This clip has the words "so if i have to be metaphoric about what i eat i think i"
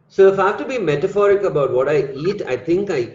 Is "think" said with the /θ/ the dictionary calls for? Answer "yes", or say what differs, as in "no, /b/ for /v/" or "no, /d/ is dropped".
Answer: no, /t/ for /θ/